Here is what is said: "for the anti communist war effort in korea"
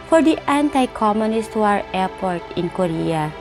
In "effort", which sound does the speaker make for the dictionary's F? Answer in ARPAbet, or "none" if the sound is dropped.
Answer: P